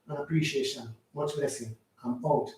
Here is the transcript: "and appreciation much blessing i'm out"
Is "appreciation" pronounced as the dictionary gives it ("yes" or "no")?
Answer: yes